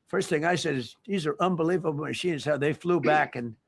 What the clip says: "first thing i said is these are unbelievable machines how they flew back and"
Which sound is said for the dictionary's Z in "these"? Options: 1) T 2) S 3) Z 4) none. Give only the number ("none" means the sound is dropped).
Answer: 3